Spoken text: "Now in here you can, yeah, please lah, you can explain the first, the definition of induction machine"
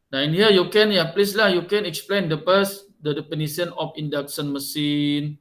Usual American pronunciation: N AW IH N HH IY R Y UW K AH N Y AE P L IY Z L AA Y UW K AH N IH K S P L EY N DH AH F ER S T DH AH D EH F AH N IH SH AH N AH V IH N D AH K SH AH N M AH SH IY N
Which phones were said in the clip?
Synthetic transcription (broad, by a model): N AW IH N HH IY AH Y UW K AH N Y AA P L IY S L AA Y UW K AH N IH K S P L EY N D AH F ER S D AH D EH P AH N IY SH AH N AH F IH N D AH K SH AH N M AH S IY N